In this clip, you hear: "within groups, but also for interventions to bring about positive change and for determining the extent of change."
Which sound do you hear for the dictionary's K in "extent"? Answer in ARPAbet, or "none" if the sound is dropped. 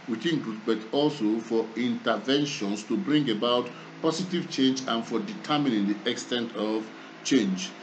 K